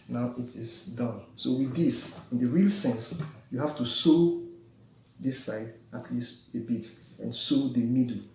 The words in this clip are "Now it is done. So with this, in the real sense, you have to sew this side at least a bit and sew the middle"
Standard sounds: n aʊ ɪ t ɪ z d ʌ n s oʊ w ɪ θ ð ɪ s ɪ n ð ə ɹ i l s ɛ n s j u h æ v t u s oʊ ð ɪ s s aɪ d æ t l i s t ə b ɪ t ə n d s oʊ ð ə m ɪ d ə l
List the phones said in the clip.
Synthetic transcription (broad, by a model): n aʊ ɪ t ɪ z d ʌ n s oʊ w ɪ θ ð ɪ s ɪ n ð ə ɹ i l s ɛ n s j u h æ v t u s oʊ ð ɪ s s aɪ d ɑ t l i s t ə b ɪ t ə n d s oʊ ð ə m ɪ d l